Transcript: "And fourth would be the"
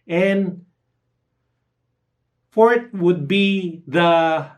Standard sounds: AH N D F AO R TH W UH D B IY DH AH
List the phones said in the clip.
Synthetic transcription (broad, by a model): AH N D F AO R T W UH D B IY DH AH